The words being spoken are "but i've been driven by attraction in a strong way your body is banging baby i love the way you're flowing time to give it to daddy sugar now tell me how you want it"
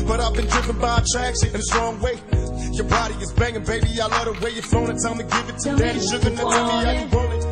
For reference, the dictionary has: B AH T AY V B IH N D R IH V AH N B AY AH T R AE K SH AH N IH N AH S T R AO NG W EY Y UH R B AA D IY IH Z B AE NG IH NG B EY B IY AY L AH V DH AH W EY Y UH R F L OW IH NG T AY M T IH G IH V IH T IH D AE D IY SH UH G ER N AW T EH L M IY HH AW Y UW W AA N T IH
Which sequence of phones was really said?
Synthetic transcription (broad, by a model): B AH T AY V B IH N D R IH V AH N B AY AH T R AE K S IH N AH S T R AO NG W EY Y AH R B AA D IY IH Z B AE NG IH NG B EY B IY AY L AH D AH W EY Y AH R F OW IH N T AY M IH G IH V IH T IH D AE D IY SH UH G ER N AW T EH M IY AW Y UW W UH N IH